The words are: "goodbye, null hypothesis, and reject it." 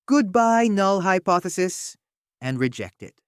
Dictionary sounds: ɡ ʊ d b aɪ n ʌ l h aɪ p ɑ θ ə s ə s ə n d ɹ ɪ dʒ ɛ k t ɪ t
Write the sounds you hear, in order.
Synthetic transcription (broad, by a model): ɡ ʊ d b aɪ n ʌ l h aɪ p ɑ θ ə s ə s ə n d ɹ ɪ dʒ ɛ k t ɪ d